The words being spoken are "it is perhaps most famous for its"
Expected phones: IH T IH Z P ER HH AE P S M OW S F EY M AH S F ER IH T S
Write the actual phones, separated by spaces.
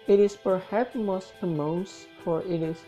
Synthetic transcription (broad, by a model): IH T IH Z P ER HH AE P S M OW S P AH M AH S F ER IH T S